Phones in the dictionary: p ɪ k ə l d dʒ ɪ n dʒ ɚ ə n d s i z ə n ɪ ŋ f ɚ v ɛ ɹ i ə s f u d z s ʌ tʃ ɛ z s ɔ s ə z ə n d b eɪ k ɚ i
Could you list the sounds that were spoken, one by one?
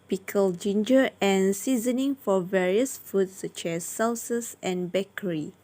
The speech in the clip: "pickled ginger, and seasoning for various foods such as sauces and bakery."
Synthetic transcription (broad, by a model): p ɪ k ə l dʒ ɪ n dʒ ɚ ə n s i z ə n ɪ ŋ f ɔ v ɛ ɹ i ə s f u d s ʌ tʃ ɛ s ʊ s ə s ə n b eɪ k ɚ i